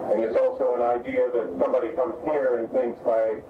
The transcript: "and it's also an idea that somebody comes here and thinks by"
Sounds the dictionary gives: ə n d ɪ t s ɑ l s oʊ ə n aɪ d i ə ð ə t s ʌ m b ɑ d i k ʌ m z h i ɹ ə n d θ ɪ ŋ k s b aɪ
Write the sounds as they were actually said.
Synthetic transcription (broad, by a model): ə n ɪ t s ɑ l s oʊ ə n aɪ d i ə ð ə t s ʌ m b ɑ d i k ʌ m z h i ɹ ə n θ ɪ ŋ k s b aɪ